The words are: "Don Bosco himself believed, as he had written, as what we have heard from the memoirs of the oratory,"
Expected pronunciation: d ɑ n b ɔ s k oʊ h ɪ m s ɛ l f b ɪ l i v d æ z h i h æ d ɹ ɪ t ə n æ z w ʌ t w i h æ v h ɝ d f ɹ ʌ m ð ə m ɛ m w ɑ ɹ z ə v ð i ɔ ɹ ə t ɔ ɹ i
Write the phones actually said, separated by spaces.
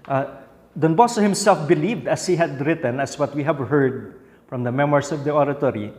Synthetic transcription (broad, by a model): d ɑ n b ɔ s oʊ h ɪ m s ɛ l f b ɪ l i v d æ s h i h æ d ɹ ɪ t ə n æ s w ʌ t w i h æ v h ɝ d f ɹ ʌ m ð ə m ɛ m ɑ ɹ s ə v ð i ɔ ɹ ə t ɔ ɹ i